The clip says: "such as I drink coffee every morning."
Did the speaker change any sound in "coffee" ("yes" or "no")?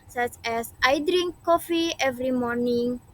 no